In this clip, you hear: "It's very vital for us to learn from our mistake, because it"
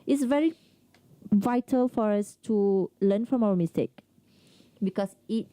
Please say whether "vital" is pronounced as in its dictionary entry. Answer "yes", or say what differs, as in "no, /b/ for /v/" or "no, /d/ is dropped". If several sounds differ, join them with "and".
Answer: yes